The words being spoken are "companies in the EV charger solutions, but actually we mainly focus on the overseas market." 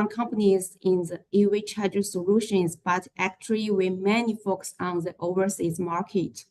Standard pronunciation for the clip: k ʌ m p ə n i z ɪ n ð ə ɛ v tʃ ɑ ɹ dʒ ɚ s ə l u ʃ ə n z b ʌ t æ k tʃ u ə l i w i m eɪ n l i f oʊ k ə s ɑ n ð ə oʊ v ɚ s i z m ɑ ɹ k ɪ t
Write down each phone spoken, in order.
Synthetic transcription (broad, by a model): k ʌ m p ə n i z ɪ n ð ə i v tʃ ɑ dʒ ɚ s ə l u ʃ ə n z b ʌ t æ k tʃ u ə l i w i m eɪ n i f oʊ k s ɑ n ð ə oʊ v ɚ s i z m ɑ ɹ k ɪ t